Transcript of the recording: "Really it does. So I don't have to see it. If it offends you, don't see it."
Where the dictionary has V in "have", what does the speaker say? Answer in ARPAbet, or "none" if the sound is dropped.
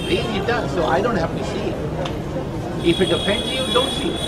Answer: F